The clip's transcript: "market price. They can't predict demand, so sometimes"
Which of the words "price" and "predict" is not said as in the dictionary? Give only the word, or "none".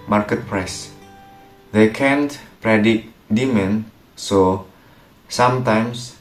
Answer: predict